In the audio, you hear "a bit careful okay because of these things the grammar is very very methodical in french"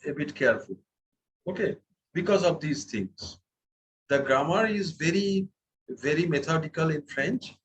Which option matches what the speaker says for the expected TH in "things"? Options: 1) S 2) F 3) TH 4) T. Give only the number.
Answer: 4